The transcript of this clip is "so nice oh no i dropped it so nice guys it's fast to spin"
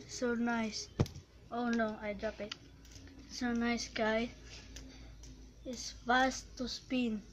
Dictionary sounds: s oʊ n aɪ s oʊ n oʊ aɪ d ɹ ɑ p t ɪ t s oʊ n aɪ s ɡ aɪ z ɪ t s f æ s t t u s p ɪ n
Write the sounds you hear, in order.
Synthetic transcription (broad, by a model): s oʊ n aɪ s oʊ n oʊ aɪ d ɹ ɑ p ɪ t s oʊ n aɪ s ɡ aɪ ɪ s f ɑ s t t u s p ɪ n